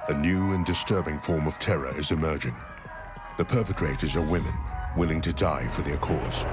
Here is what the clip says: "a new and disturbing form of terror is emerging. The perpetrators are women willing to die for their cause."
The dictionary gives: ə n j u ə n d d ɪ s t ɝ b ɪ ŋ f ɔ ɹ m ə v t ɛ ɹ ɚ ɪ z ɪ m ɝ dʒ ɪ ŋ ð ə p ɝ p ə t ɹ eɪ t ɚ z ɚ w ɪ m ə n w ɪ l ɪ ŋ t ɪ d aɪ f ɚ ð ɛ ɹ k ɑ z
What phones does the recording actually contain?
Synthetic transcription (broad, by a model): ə n j u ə n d d ɪ s t ɝ b ɪ ŋ f ɔ ɹ m ə v t ɛ ɹ ɚ ɪ z ɪ m ɝ dʒ ɪ ŋ ð ə p ɝ p ə t ɹ eɪ t ɚ z ɚ w ɪ m ə n w ɪ l ɪ ŋ t ɪ d aɪ f ɚ ð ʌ ɹ k ɑ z